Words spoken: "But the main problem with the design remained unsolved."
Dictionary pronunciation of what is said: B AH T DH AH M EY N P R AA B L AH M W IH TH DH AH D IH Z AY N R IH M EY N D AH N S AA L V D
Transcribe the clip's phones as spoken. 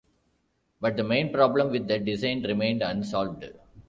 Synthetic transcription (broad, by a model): B AH T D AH M EY N P R AA B L AH M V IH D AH D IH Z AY N R IH M EY N D AH N S AA L V D